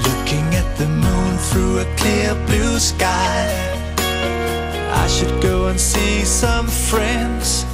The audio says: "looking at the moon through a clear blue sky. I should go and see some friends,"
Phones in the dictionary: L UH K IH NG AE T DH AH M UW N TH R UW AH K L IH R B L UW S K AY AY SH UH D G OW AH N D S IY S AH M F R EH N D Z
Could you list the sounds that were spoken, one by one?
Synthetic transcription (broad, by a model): L UH K IH NG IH T DH AH M UW N TH R UW AH K L IH R B L UW S K AY AY SH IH D G OW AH N S IY S AH M F R EH N D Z